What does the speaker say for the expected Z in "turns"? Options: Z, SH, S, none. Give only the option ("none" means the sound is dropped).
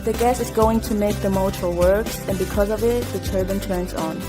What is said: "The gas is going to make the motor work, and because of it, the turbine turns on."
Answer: Z